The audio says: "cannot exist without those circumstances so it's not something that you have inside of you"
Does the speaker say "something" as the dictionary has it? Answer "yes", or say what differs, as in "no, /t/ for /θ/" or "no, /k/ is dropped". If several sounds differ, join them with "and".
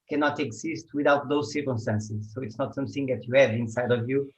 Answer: yes